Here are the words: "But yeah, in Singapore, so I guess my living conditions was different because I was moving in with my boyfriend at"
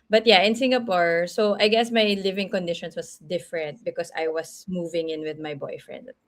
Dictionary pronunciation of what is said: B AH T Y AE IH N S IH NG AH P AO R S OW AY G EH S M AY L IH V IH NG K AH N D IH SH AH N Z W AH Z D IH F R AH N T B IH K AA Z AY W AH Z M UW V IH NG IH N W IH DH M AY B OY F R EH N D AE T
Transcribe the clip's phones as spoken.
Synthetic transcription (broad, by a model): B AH T Y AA IH N S IH NG AH P AO R S OW AY G EH S M AY L IH V IH NG K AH N D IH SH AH N S W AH S D IH F R AH N T B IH K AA S AY W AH S M UW V IH NG IH N W IH DH M AY B OY F R EH N D